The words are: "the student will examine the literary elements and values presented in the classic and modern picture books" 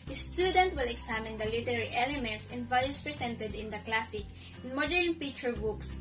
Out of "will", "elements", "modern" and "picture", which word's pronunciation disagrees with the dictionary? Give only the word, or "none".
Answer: picture